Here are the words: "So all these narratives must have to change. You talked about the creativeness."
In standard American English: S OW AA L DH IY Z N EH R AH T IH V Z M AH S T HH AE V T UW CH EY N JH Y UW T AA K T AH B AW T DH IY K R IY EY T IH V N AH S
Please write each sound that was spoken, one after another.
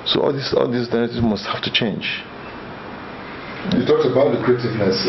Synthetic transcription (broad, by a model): S OW AA L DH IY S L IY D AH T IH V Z M AH S T HH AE F T UW CH EY N JH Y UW T AA K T AH B AW T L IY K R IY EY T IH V N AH S